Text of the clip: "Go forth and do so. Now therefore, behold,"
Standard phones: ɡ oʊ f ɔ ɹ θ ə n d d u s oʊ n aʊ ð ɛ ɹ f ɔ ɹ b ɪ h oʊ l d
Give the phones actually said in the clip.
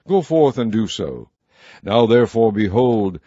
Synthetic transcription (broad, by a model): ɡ oʊ f ɔ ɹ θ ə n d d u s oʊ n aʊ ð ɛ ɹ f ɔ ɹ b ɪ h oʊ l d